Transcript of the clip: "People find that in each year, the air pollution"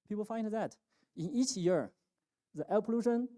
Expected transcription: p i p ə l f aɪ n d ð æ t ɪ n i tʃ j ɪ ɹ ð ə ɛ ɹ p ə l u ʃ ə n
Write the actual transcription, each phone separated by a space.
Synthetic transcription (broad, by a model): p i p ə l f aɪ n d ð æ t ɪ n i tʃ j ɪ ɹ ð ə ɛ l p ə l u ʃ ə n